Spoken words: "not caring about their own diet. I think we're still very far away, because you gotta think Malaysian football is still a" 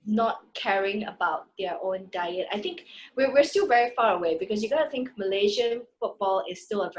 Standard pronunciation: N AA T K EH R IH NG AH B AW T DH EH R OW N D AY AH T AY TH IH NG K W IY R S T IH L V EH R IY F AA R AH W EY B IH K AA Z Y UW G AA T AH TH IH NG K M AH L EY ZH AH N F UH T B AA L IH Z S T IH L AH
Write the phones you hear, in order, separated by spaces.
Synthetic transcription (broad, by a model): N AA T K EH R IH NG AH B AW T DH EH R OW N D AY AH T AY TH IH NG K W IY W S T IH L V EH R IY F AA R AH W EY B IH K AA S Y UW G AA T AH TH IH NG K M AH L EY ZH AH N F UH T B AA L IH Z S T IH L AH